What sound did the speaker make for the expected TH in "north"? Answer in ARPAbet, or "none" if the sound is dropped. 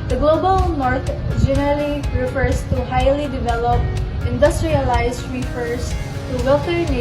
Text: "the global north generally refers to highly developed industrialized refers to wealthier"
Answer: T